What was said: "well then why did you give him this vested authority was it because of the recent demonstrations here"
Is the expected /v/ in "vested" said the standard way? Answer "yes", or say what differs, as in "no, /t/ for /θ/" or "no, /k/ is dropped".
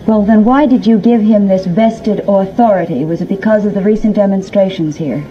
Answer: yes